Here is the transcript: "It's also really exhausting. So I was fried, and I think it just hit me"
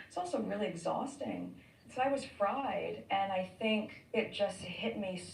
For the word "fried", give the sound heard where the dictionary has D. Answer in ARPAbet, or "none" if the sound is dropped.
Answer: D